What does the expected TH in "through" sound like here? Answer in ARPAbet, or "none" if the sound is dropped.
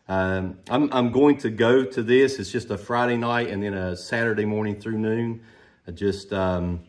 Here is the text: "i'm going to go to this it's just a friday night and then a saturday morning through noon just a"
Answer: TH